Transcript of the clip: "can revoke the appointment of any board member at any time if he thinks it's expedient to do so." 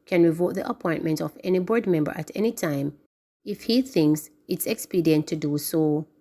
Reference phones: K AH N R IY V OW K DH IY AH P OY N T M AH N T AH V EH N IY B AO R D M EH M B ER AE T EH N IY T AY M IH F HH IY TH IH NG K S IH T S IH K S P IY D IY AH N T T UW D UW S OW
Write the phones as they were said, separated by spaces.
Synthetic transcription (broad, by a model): K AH N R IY V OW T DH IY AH P OY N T M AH N T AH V EH N IY B AO R D M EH M B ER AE T EH N IY T AY M IH F HH IY TH IH NG K S IH T S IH K S P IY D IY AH N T T UW D UW S OW